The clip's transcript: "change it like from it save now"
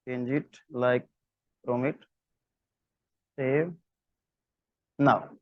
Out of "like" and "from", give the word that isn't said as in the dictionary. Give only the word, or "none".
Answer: from